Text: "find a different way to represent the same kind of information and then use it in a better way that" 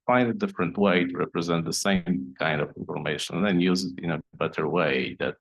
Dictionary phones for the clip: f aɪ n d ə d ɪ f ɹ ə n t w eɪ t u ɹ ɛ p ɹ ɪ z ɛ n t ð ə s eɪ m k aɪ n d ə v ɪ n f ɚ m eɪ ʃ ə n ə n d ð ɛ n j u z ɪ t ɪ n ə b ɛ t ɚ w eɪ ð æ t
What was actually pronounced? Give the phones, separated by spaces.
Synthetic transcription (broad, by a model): f aɪ n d ə d ɪ f ɹ ə n t w eɪ t u ɹ ɛ p ɹ ɪ z ɛ n t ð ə s eɪ m k aɪ n d ə v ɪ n f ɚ m eɪ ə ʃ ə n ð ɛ n j u z ɪ t ɪ n ə b ɛ t ɚ w eɪ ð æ t